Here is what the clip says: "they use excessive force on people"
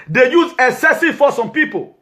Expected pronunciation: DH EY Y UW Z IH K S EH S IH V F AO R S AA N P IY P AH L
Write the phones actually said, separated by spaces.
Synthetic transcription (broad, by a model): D EY Y UW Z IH S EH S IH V F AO S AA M P IY P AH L